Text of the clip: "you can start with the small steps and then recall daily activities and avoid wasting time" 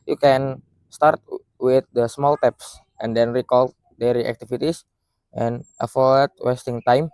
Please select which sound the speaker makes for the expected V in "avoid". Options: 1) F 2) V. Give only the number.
1